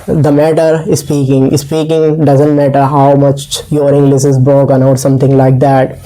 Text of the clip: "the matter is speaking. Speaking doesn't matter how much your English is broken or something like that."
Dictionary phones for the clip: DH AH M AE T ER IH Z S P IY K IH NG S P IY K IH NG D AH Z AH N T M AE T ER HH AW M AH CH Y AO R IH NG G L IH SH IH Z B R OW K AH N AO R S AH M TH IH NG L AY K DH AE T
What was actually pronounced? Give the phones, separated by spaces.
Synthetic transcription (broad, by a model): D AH M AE T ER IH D S P IY K IH NG S P IY K IH NG D AH Z AH N T M AE T ER HH AW M AH CH Y AO R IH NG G L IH S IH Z B R OW K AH N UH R S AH M T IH NG L AY K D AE T